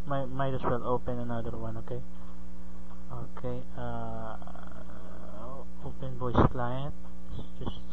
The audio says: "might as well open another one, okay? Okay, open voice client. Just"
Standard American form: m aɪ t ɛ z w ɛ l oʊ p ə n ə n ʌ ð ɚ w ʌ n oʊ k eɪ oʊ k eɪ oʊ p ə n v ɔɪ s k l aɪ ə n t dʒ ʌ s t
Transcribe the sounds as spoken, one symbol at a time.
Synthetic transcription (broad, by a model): m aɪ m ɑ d w ɛ l oʊ p ə n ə n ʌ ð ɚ w ʌ n oʊ k eɪ oʊ k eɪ oʊ p ə n b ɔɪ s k l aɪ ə n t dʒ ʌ s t